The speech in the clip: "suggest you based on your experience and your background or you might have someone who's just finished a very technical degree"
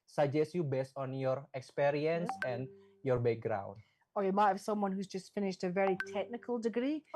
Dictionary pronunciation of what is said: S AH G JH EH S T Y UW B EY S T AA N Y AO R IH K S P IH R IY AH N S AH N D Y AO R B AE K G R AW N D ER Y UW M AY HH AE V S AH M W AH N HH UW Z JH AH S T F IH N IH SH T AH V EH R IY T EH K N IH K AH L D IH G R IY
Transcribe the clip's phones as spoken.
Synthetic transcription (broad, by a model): S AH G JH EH S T Y UW B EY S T AA N Y AO R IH K S P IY R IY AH N S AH N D Y AO R B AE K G R AW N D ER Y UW M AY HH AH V S AH M W AH N HH UW Z JH AH S T F IH N IH SH T AH V EH R IY T EH K N IH K AH L D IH G R IY